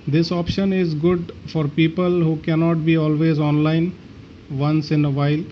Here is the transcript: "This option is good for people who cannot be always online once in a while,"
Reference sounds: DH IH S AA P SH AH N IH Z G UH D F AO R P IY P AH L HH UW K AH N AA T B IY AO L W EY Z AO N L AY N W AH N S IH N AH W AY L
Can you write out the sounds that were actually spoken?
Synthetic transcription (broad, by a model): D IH S AA P SH AH N IH Z G UH D F AO R P IY P AH L HH UW K AH N AA T B IY AO L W EY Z AO N L AY N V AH N S IH N AH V AY L